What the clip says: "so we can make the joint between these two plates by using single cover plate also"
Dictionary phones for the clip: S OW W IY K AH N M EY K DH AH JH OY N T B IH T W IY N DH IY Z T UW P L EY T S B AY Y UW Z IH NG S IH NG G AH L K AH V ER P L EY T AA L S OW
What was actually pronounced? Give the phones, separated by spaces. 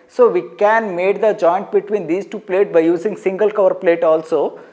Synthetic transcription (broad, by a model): S OW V IY K AH N M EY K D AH JH OY N T B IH T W IY N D IY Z T UW P L EY T B AY Y UW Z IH NG S IH NG G AH L K AH V ER P L EY T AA L S OW